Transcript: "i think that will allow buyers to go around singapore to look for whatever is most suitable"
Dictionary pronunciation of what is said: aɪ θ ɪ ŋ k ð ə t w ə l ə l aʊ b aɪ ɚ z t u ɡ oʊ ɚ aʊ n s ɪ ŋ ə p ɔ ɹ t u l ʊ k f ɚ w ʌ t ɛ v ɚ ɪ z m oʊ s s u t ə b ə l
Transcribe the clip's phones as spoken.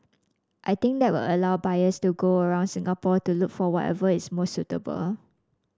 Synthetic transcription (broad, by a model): aɪ t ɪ ŋ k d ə t w ə l ə l aʊ b aɪ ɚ s t u ɡ oʊ ɚ aʊ n s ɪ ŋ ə p ɔ t u l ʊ k f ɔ w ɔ t ɛ v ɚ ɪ s m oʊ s s u t ə b ə l